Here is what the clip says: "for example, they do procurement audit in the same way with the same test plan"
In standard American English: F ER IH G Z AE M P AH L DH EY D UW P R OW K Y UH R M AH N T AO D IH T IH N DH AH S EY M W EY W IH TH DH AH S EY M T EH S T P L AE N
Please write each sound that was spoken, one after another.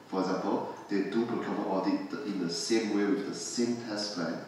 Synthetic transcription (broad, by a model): F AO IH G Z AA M P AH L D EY D UW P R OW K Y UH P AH T AO D IH T IH N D AH S EY M W EY W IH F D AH S EY M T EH S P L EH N